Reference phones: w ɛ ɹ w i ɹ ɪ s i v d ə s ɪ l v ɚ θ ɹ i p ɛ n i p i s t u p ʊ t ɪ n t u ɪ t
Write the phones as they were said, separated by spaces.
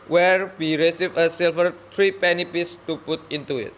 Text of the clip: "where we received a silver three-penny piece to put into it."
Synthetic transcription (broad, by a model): w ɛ ɹ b i ɹ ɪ s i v ə s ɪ l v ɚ t ɹ i p ɛ n i p i s t u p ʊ t ɪ n t u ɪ t